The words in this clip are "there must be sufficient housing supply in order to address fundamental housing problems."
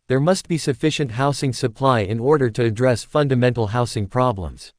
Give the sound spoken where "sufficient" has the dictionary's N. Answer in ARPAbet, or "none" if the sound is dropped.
N